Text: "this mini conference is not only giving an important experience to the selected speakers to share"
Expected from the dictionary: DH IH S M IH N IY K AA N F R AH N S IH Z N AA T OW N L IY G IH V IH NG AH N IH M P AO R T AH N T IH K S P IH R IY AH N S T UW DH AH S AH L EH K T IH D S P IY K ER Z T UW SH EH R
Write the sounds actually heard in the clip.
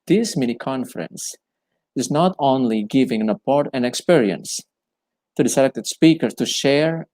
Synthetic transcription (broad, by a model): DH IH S M IH N IY K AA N F R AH N S IH Z N AA T OW N L IY G IH V IH NG AH N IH P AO R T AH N IH K S P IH R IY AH N S T UW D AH S AH L EH K T IH D S P IY K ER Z T UW SH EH R